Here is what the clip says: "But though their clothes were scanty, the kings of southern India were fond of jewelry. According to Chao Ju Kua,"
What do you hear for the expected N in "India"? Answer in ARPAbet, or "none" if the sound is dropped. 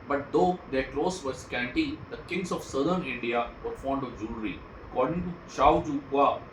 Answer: N